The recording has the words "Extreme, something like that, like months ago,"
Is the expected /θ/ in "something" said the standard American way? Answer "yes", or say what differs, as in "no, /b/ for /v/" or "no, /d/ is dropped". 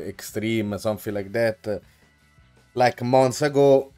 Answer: no, /f/ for /θ/